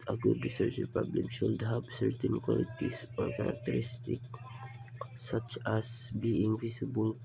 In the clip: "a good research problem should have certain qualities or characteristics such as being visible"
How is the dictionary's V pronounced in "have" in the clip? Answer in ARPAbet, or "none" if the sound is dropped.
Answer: P